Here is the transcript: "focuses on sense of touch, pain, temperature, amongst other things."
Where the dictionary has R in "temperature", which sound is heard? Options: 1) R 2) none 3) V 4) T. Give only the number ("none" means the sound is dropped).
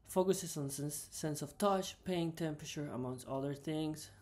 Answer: 1